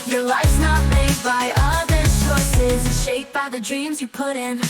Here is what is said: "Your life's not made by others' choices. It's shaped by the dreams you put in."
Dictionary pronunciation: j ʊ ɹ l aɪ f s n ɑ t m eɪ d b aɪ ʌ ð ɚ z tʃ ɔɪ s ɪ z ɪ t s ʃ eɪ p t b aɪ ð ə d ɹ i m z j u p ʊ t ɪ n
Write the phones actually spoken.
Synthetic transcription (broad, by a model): j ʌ ɹ l aɪ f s n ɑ t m eɪ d b aɪ ʌ ð ɚ tʃ ɔɪ s ɪ z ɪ ʃ eɪ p b aɪ ð ə d ɹ i m z j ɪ p ʊ t ɪ n